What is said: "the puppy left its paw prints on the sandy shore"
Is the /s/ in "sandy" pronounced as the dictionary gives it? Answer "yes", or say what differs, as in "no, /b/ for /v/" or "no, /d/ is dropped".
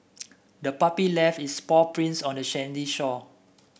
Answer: no, /ʃ/ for /s/